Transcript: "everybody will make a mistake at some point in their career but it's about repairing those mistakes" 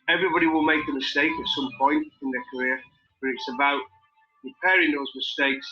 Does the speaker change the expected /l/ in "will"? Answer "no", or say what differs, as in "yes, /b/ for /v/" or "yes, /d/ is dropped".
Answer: no